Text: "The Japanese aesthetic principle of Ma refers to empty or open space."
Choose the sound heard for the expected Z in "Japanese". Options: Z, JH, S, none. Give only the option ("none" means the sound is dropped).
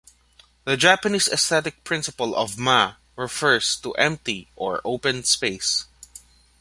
S